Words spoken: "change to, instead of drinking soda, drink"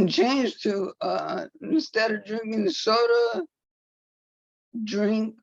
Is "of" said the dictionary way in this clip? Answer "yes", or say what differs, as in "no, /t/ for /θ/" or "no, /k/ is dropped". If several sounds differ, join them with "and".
yes